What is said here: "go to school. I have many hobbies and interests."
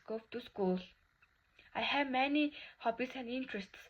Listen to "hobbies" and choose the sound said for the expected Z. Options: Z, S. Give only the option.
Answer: S